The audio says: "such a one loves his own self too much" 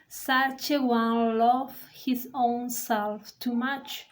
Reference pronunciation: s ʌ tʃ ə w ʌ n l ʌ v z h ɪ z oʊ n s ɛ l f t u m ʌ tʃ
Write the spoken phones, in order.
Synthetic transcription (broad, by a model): s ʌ tʃ ə w ʌ n l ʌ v h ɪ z oʊ n s ɛ l f t u m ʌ tʃ